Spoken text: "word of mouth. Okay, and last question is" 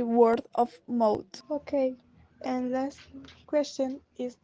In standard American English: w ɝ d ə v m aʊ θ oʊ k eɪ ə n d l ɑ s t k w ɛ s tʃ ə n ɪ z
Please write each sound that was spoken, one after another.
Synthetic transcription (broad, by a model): w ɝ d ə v m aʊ t oʊ k eɪ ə n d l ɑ s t k w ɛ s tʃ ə n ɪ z